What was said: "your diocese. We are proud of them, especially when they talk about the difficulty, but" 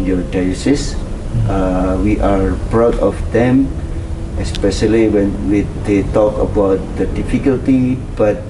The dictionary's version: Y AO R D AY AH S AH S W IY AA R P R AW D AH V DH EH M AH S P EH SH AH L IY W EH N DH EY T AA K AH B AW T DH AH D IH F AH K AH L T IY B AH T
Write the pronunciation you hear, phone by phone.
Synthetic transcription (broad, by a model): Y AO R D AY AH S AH S W IY AA R B R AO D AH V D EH M AH S P EH SH AH L IY W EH N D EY T AA K AH B AW T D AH D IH F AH K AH L T IY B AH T